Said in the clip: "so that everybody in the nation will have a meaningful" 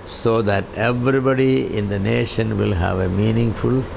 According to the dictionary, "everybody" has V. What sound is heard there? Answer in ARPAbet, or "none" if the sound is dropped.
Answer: V